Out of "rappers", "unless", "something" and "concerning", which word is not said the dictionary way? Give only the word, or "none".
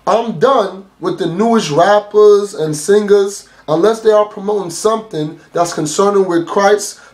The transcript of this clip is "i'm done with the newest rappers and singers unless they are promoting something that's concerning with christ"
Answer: none